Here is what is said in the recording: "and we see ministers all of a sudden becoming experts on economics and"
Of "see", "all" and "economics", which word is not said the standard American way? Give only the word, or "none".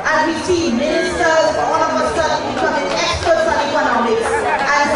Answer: all